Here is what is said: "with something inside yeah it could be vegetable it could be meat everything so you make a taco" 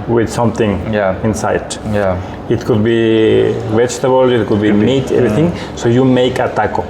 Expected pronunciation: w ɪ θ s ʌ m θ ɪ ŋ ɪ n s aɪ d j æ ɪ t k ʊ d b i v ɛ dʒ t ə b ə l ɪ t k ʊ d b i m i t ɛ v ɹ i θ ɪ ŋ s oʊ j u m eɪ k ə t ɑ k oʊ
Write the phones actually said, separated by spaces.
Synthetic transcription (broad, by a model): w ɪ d s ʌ m t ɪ ŋ ɪ n s aɪ d j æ ɪ t k ʊ d b i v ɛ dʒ t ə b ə l ɪ t k ʊ d b i m i t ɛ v ɹ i t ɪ ŋ s oʊ j u m eɪ k ə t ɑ k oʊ